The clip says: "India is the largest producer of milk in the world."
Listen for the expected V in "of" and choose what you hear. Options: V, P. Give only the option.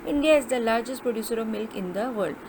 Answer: V